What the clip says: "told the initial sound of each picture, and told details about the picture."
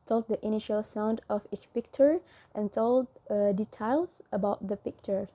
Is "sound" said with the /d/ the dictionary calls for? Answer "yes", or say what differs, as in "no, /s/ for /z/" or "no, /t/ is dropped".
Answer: yes